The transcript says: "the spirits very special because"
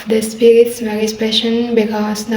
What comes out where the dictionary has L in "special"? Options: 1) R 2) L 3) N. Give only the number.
3